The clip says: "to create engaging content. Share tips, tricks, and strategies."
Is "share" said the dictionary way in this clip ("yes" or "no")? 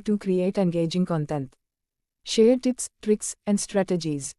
yes